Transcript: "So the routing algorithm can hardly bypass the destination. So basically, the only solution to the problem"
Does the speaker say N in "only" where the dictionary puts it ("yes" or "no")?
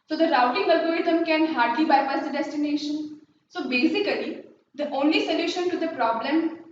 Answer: yes